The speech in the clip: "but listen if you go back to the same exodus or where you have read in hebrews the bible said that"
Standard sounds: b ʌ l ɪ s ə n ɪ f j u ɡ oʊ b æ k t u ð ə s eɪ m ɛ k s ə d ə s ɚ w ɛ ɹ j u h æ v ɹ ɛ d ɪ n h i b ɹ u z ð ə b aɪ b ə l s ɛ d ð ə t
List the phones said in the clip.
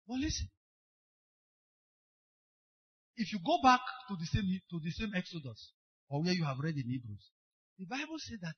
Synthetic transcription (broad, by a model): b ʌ l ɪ s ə n ɪ f j u ɡ oʊ b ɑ k t u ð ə s eɪ m ɛ k s ə d ə s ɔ w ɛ j u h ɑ v ɹ ɛ d ɪ n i b ɹ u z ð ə b aɪ b ə l s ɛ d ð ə t